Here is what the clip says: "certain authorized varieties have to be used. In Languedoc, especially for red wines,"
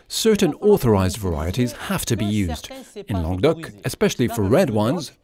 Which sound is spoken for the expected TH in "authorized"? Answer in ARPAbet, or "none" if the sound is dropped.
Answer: TH